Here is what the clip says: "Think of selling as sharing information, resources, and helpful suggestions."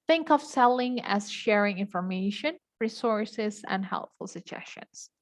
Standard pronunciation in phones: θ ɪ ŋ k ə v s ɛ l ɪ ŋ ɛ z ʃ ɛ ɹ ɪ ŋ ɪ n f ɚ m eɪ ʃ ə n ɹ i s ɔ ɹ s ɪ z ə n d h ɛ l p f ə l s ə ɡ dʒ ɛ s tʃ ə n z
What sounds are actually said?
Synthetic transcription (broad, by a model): θ ɪ ŋ k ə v s ɛ l ɪ ŋ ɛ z ʃ ɛ ɹ ɪ ŋ ɪ n f ɚ m eɪ ʃ ə n ɹ i s ɔ ɹ s ɪ z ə n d h ɛ l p f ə l s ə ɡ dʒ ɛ s tʃ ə n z